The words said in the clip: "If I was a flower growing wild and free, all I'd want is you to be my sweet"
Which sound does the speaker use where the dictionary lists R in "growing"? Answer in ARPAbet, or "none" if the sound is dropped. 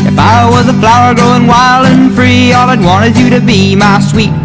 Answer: none